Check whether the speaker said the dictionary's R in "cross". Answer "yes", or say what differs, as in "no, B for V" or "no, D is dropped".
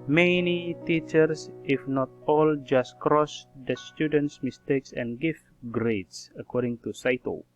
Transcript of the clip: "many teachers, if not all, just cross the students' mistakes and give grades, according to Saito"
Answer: yes